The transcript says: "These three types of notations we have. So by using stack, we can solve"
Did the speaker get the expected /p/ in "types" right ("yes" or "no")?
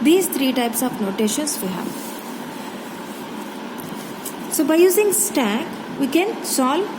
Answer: yes